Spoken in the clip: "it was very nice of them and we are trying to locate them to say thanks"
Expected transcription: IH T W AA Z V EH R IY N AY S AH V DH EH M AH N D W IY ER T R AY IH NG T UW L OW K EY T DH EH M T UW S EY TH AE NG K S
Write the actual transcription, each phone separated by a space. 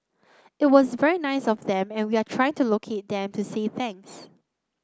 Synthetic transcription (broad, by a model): IH T W AA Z V EH R IY N AY S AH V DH EH M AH N W IY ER T R AY IH NG T UW L OW K EY T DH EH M T UW S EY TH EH NG S